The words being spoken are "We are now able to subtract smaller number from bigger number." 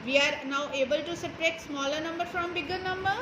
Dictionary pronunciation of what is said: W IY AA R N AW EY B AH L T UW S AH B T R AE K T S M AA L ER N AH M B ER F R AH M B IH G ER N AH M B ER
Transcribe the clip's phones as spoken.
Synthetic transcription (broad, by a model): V IY AA R N AW EY B AH L T UW S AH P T R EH T S M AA L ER N AH M B ER F R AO M B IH G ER N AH M B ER